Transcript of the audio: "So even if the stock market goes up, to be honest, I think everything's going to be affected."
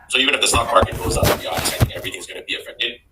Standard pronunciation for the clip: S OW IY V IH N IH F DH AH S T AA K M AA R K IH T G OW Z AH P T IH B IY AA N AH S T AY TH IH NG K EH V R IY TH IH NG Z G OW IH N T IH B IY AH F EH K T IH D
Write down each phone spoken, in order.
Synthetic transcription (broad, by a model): S OW IY V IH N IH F DH AH S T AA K M AA R K IH T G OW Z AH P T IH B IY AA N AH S AY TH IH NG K EH V R IY TH IH NG Z G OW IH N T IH B IY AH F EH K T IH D